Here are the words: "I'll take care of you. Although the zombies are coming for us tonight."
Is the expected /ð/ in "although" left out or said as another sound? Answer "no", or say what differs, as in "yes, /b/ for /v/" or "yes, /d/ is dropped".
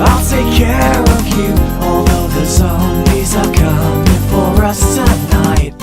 yes, /ð/ is dropped